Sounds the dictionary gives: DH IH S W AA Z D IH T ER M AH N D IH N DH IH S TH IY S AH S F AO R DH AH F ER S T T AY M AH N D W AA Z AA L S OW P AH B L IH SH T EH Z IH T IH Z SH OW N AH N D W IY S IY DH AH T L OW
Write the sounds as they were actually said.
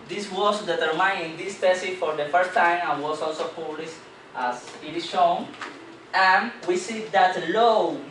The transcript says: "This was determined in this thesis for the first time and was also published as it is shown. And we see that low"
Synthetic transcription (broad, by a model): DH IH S W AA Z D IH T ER M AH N IH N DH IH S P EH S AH F AO R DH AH F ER S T T AY M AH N W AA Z AA L S OW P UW L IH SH T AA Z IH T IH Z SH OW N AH N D W IY S IY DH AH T L OW